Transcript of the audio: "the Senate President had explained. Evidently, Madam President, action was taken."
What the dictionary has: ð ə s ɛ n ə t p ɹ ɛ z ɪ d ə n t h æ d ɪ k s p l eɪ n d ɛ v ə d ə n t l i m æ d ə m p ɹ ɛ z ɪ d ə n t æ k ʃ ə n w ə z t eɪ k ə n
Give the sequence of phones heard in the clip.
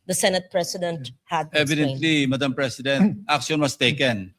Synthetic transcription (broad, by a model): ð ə s ɛ n ə t p ɹ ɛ s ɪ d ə n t h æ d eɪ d ɛ v ə d ə n t l i m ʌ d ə m p ɹ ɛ s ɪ d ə n t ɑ k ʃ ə n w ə s t eɪ k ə n